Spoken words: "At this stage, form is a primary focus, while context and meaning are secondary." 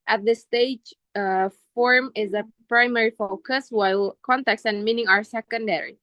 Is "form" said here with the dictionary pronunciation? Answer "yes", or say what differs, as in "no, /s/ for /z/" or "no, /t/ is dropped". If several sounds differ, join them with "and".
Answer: yes